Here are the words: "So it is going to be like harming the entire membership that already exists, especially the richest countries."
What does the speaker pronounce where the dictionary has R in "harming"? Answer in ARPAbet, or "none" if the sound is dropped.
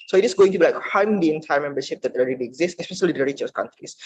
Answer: W